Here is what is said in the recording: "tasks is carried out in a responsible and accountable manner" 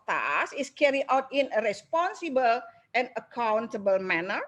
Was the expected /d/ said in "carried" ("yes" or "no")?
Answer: no